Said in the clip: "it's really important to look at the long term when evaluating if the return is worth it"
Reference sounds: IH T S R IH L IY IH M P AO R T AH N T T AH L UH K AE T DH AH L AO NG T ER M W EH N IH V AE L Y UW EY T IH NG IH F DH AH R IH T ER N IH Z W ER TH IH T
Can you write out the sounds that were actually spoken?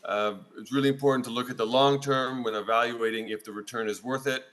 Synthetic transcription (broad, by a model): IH T S R IH L IY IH M P AO R T N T T AH L UH K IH T DH AH L AO NG T ER M W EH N IH V AE L Y UW EY T IH NG IH F DH AH R IH T ER N IH Z W ER TH IH T